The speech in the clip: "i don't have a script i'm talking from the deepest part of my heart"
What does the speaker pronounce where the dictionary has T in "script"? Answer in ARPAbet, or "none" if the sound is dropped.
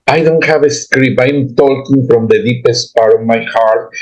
none